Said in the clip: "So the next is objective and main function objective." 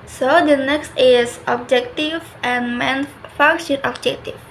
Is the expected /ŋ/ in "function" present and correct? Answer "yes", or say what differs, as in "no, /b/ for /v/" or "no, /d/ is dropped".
no, /ŋ/ is dropped